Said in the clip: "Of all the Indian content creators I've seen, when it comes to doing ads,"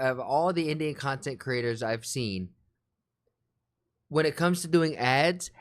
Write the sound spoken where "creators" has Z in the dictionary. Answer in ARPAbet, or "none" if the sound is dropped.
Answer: Z